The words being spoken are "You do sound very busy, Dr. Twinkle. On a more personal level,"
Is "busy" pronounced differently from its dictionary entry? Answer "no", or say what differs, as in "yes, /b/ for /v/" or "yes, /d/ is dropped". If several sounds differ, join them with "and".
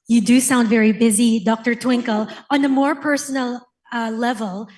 no